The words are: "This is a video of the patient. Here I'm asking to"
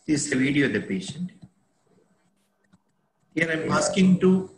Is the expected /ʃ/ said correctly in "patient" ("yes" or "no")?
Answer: yes